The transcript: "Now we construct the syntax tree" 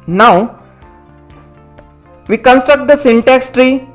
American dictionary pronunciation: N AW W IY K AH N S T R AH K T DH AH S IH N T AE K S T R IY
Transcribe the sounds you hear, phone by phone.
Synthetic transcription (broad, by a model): N AW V IY K AH N S T R AH K T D AH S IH N T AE K S T R IY